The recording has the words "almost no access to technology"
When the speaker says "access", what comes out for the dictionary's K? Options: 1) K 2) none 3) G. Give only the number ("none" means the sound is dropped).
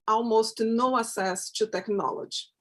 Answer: 2